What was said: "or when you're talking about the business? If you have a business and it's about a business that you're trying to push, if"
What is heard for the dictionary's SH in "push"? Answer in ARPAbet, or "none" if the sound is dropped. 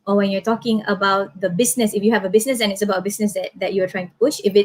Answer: SH